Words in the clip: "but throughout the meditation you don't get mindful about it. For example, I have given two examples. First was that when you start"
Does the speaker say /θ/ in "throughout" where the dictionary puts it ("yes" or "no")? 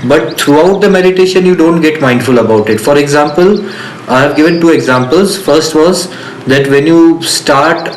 no